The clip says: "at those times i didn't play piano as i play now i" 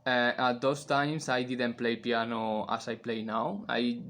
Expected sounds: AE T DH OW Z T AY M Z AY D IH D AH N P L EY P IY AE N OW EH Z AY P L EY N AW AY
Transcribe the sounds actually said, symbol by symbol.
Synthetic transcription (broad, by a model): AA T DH OW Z T AY M S AY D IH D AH N P L EY P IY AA N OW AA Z AY P L EY N AW AY